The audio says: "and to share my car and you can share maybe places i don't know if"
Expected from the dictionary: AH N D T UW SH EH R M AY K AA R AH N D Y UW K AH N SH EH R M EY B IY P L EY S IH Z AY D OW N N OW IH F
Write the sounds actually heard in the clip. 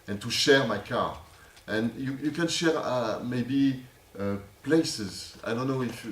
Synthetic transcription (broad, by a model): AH N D T UW SH EH R M AY K AA R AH N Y Y UW K AH N SH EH R M EY B IY P L EY S IH Z AY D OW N N OW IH F